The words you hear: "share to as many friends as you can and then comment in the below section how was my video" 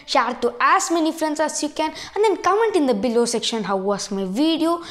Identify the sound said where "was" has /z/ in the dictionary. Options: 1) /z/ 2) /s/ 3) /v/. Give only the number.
2